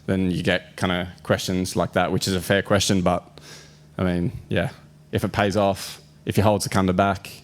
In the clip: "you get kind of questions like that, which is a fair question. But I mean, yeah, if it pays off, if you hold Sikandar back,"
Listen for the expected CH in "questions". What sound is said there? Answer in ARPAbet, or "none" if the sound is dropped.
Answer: CH